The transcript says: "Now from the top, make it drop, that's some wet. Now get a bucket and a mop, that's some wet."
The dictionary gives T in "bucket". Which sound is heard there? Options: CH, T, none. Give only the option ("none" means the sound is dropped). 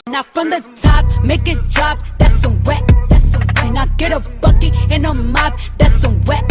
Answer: none